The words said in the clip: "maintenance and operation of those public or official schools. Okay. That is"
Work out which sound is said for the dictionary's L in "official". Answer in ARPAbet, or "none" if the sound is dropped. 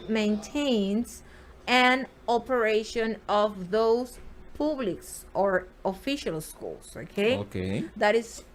L